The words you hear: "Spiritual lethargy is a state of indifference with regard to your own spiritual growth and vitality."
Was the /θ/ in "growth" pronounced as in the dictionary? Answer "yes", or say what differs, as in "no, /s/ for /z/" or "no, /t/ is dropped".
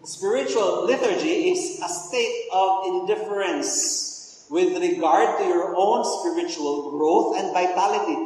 no, /t/ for /θ/